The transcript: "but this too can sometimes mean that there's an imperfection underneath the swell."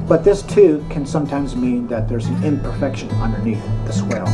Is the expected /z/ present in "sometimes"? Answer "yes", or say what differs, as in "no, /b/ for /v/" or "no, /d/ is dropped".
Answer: yes